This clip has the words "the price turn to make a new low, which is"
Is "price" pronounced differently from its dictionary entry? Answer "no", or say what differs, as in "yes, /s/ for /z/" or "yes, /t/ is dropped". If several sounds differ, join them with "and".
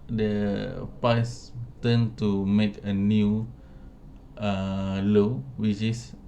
yes, /ɹ/ is dropped